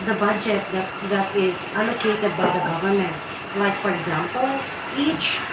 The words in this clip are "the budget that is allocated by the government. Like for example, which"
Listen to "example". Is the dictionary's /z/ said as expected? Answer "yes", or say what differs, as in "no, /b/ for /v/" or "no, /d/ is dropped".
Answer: yes